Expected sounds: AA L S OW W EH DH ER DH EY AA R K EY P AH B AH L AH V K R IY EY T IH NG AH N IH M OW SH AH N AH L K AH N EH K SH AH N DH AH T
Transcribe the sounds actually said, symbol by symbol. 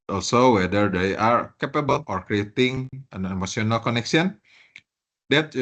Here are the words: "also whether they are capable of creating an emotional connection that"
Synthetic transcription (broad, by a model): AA L S OW W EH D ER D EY AA R K EY P AH B AH L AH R K R IY EY T IH NG AH N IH M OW S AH N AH L K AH N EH K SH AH N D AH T